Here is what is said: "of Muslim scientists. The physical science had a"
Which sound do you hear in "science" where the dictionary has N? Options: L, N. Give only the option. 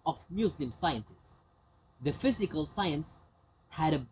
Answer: N